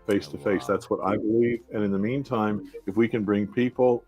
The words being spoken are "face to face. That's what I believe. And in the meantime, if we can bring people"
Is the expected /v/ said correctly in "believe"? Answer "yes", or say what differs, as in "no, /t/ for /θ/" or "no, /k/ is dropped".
yes